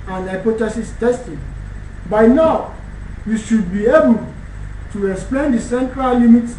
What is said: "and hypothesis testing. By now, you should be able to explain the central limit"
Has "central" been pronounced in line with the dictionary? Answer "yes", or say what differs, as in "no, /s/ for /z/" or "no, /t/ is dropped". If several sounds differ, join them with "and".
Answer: yes